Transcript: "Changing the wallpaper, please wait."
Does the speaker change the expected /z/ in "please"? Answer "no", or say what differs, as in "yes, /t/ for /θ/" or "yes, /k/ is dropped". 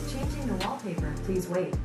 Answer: no